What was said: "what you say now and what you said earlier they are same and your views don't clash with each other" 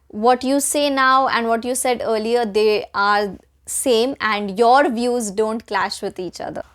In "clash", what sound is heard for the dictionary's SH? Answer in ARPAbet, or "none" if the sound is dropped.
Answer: SH